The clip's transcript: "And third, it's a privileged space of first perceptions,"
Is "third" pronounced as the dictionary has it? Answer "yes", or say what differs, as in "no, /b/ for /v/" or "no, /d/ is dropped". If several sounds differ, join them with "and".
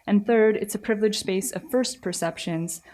yes